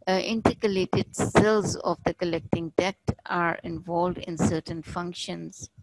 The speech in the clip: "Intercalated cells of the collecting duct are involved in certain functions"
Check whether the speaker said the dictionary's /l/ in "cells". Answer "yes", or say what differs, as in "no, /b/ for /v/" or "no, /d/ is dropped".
yes